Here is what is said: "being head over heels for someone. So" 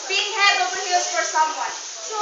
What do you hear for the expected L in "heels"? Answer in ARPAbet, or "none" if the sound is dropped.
none